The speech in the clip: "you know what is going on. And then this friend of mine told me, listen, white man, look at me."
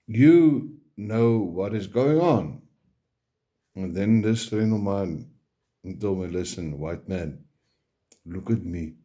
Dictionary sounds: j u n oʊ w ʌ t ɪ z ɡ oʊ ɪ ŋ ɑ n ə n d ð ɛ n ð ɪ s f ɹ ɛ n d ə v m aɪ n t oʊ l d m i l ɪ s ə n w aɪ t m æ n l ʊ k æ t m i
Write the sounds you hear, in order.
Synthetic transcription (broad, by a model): j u n oʊ w ʌ t ɪ z ɡ oʊ ɪ ŋ ɑ n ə n ð ɛ n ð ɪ s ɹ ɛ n ə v m aɪ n t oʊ l m i l ɪ s ə n w aɪ t m æ n l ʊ k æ t m i